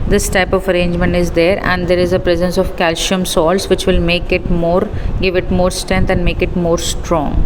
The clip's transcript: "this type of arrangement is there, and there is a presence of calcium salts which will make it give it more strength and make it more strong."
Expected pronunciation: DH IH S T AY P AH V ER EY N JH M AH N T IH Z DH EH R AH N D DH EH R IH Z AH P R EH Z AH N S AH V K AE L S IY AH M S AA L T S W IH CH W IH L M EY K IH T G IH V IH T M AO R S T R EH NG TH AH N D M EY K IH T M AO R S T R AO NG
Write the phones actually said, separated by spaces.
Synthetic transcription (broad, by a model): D IH S T AY P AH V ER EY N JH M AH N T IH Z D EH R AH N D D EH R IH Z AH P R EH Z AH N S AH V K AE L SH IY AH M S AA L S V IH CH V IH L M EY K IH T G IH V IH T M AO R S T R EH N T AH N D M EY K IH T M AO R S T R AO NG